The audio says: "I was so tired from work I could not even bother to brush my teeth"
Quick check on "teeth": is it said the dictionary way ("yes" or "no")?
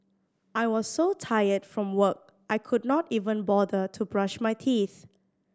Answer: yes